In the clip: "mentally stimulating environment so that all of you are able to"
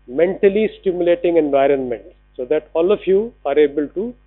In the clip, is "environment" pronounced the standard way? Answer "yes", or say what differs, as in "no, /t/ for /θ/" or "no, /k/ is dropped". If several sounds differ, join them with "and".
yes